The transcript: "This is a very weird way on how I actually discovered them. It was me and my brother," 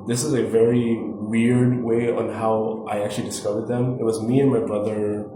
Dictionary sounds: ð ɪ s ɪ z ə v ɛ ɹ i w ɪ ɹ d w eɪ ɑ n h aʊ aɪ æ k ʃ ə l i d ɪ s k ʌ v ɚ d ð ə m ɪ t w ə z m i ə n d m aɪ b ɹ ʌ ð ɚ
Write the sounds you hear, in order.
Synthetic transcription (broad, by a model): ð ɪ s ɪ z ə v ɛ ɹ i w ɪ ɹ d w eɪ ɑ n h aʊ aɪ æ k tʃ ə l i d ɪ s k ʌ v ɚ d ð ə m ɪ t w ə z m i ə n m aɪ b ɹ ʌ ð ɚ